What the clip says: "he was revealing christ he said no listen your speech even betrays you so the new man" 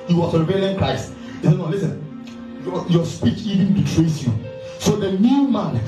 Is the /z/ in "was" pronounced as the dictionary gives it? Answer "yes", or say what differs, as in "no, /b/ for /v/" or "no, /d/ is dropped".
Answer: no, /s/ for /z/